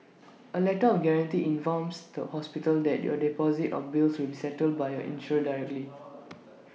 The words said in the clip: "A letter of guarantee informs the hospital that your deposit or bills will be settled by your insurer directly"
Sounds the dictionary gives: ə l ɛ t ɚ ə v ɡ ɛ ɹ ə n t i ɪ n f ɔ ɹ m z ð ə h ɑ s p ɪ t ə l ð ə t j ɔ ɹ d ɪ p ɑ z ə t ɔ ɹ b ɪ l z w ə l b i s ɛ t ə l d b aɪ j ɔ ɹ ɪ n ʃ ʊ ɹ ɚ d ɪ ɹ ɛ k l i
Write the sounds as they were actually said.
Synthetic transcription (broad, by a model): ə l ɛ t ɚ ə f ɡ ɛ ɹ ə n t i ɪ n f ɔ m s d ə h ɑ s p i t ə l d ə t j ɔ d ɪ p ɑ z ə t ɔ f b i l s w ə l b i s ɛ t ə l d b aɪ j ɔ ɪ n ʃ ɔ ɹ d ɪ ɹ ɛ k l i